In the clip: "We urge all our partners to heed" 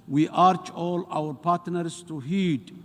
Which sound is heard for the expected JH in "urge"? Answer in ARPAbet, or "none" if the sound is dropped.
CH